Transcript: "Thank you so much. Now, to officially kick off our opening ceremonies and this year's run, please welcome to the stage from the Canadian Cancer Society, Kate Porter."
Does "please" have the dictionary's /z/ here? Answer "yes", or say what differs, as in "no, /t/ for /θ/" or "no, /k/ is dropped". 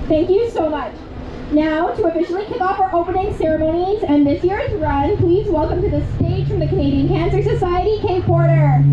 yes